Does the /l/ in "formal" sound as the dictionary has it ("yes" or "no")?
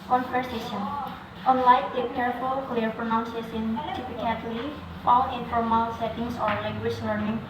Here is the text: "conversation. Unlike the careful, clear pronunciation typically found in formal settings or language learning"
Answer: yes